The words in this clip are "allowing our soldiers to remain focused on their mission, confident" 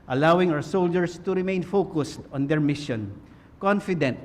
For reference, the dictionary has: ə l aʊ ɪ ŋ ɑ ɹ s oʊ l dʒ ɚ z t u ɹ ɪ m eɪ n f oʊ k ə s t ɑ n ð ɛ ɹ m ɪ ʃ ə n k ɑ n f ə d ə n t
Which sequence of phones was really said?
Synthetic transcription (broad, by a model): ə l aʊ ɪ ŋ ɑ w s oʊ l dʒ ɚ s t u ɹ ɪ m eɪ n f oʊ k ə s t ɑ n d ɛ ɹ m ɪ ʃ ə n k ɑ n f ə d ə n t